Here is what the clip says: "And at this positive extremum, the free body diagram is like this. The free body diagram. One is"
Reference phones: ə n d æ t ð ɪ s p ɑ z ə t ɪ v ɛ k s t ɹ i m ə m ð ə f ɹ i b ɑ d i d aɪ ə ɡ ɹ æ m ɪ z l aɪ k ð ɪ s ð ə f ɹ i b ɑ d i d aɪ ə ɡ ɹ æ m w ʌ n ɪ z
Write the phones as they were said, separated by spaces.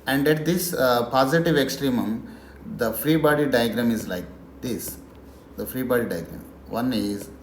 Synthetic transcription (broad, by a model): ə n d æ t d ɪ s p ɑ z ə t ɪ v ɛ k s t ɹ i m ə m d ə f ɹ i b ɑ d i d aɪ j ɡ ɹ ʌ m ɪ z l aɪ k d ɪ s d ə f ɹ i b ɑ d i d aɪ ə ɡ ɹ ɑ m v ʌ n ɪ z